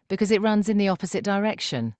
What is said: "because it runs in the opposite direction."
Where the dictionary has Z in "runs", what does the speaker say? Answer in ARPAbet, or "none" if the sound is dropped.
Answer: Z